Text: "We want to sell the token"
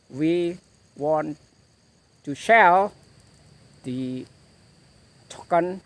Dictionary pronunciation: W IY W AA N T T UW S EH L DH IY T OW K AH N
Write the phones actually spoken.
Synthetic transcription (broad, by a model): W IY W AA N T T UW SH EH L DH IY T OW K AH N